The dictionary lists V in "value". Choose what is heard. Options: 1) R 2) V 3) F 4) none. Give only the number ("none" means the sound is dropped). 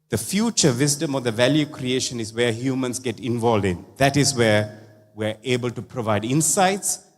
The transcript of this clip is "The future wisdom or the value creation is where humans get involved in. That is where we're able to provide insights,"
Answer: 2